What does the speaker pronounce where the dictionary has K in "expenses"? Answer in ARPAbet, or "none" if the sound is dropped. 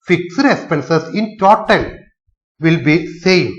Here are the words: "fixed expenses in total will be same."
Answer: none